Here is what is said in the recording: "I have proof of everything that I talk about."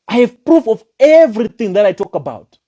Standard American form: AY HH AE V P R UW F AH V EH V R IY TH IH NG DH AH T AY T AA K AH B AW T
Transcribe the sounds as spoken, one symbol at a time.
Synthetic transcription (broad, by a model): AY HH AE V P R UW F AH V EH V R IY TH IH NG DH AH T AY T AA K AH B AW T